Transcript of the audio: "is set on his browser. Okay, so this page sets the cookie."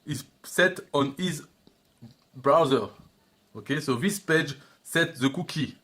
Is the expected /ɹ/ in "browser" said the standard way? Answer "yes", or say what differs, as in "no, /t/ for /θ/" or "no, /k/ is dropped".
yes